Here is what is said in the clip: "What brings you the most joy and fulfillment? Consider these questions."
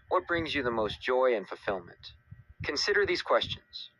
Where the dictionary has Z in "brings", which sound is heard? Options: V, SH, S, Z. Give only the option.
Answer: Z